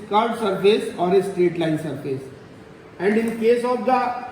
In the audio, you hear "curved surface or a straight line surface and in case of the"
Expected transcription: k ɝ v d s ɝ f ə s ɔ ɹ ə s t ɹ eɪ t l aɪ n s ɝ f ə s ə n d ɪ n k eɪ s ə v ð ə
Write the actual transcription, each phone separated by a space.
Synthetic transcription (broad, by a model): k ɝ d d s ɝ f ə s ɔ ɹ ə s t ɹ eɪ t l aɪ n s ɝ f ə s ə n d ɪ n k eɪ s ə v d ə